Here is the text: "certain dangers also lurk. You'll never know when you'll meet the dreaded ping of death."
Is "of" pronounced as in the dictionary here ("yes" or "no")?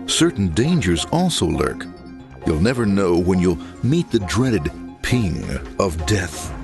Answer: yes